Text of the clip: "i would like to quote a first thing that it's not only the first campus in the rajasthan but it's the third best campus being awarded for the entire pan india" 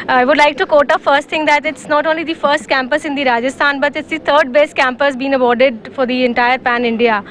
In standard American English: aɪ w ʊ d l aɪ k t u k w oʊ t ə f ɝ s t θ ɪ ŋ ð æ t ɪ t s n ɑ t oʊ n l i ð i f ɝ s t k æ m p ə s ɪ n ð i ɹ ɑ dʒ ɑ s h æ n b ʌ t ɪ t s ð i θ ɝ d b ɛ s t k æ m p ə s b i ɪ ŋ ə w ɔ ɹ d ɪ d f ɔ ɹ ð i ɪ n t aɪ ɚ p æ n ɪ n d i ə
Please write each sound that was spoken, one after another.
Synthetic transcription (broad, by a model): aɪ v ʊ d l aɪ k t u k oʊ t ə f ɝ s t t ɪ ŋ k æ t ɪ t s n ɑ t oʊ n l i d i f ɝ s t k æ m p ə s ɪ n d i ɹ ɑ dʒ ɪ s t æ n b ʌ t ɪ t s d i t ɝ d b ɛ s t k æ m p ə s b i ɪ ŋ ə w ɔ ɹ d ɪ d f ɔ ɹ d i ɪ n t aɪ ɚ p æ n ɪ n d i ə